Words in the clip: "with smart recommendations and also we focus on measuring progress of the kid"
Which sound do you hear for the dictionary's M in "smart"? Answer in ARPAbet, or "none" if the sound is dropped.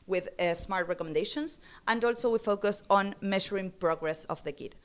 M